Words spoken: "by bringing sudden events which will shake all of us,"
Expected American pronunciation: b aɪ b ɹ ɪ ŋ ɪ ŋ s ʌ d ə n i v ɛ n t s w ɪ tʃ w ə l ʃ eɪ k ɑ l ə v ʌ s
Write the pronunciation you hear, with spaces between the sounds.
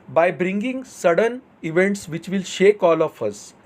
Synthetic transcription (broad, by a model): b aɪ b ɹ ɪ ŋ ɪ ŋ s ʌ d ə n i v ɛ n t s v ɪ tʃ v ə l ʃ eɪ k ɑ l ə f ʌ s